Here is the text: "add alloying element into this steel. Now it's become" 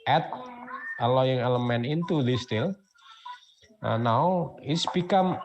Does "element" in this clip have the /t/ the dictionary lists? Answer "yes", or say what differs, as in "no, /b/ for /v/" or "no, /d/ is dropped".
no, /t/ is dropped